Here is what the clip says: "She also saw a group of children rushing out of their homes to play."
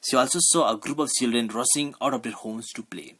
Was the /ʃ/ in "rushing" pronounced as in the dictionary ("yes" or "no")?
no